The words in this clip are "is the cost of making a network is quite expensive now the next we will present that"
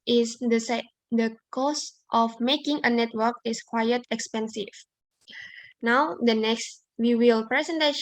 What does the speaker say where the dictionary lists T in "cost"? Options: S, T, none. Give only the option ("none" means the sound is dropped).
T